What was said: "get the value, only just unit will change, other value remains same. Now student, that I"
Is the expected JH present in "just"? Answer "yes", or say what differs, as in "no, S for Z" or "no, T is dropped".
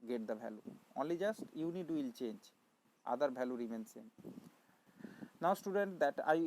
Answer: yes